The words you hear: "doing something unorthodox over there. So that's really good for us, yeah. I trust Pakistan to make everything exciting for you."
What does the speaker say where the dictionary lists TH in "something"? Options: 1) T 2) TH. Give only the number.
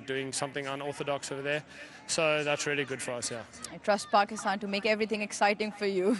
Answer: 2